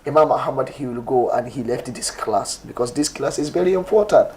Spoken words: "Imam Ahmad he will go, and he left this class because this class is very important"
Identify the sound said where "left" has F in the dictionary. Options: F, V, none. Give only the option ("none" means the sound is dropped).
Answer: F